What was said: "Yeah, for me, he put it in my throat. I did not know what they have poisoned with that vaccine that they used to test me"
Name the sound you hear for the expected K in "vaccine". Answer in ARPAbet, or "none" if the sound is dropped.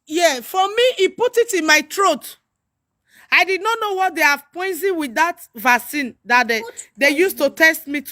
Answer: none